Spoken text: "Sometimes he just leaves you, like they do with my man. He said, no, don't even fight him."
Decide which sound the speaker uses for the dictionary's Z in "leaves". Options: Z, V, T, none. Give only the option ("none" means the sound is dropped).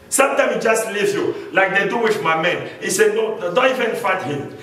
none